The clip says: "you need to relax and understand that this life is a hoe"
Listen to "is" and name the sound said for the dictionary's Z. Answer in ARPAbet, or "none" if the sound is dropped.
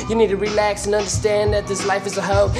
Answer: Z